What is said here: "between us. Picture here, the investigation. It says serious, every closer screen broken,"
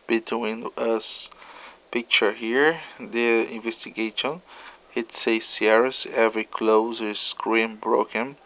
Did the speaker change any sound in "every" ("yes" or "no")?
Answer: no